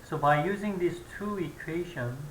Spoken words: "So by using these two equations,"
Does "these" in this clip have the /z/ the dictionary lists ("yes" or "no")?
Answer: no